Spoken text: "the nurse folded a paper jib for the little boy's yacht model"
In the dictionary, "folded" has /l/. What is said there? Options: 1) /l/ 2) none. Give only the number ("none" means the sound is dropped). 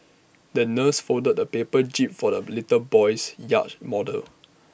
2